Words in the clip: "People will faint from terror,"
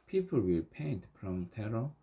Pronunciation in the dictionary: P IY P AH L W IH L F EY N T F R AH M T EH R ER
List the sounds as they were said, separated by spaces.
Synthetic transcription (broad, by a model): P IY P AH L W IH L P EY N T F R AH M T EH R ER